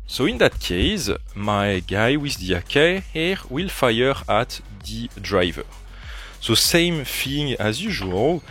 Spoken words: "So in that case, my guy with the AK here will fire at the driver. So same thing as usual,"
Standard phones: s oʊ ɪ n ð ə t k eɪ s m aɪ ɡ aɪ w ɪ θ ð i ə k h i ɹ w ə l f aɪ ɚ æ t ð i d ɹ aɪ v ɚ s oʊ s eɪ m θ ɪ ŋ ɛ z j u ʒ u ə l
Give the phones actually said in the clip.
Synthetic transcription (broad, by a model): s oʊ ɪ n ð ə t k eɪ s m aɪ ɡ aɪ w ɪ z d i ə k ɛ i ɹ w ə l f aɪ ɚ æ t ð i d ɹ aɪ v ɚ s oʊ s eɪ m f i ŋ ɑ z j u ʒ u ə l